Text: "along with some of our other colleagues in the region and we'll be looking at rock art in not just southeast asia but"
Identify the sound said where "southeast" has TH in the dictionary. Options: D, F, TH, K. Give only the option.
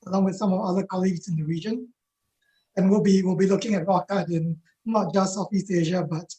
F